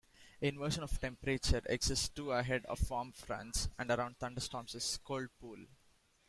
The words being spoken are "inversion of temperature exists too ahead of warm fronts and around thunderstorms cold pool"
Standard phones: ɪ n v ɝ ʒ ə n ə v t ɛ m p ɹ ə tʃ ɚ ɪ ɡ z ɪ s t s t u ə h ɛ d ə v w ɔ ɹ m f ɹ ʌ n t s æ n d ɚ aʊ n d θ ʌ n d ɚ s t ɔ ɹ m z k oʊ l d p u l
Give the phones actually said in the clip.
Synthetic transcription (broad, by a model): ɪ n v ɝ ʃ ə n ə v t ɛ m p ɹ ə tʃ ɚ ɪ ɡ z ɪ s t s t u ə h ɛ d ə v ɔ ɹ m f ɹ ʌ n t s æ n d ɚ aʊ n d t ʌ n d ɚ s t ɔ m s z k oʊ l d p u l